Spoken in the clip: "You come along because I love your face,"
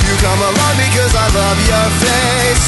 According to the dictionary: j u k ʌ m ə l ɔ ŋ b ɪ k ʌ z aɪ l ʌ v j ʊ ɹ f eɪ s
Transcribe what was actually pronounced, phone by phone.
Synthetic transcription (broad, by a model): j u k ʌ m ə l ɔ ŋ b ɪ k ʌ z aɪ l ʌ v j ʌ ɹ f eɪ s